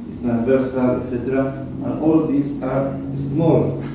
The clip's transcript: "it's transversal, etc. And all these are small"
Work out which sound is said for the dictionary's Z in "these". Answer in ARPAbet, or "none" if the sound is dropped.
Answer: S